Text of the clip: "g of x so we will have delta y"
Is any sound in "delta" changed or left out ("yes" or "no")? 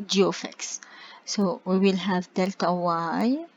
no